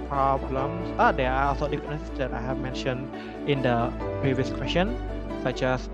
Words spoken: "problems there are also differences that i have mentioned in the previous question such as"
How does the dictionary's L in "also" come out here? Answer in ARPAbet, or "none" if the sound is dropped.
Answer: none